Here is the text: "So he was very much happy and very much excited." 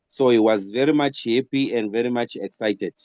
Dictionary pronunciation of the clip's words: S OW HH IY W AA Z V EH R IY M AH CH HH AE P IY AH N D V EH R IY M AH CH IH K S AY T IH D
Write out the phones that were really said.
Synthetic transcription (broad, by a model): S OW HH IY W AA Z V EH R IY M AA CH HH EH P IY AH N D V EH R IY M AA CH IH K S AY T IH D